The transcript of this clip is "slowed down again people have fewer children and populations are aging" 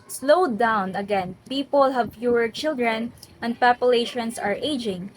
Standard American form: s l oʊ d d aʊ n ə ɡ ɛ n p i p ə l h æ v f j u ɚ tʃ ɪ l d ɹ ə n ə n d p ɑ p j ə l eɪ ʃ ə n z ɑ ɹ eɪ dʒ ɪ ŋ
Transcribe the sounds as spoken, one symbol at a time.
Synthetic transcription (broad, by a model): s l oʊ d d aʊ n ə ɡ ɛ n p i p ə l h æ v p j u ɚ tʃ ɪ l d ɹ ə n ə n d p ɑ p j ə l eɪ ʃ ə n s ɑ ɹ eɪ dʒ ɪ ŋ